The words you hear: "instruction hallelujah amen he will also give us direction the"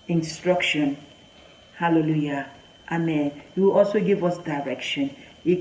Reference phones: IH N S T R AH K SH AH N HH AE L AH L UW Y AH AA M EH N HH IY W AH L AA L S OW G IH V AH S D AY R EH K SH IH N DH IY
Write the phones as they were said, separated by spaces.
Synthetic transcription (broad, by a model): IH N S T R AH K SH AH N HH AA L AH L UW Y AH AA M EH N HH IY W AH L AA L S OW G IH V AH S D AY R EH K SH IH N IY